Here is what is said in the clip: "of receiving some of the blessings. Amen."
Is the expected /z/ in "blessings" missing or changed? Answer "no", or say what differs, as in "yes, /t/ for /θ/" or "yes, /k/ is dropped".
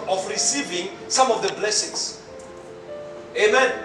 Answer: yes, /s/ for /z/